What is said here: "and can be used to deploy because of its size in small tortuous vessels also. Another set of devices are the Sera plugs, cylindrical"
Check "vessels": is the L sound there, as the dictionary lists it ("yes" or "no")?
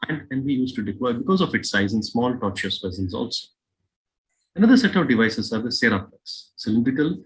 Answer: no